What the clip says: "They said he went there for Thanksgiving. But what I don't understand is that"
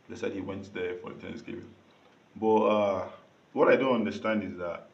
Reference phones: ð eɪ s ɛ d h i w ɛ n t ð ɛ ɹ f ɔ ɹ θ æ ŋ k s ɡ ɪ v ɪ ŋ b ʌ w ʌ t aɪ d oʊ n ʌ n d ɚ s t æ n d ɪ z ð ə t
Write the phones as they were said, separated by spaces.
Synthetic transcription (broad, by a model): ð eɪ s ɛ d h i w ɛ n t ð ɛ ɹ f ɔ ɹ t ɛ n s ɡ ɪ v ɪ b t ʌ w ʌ t aɪ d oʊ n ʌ n d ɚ s t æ n d ɪ z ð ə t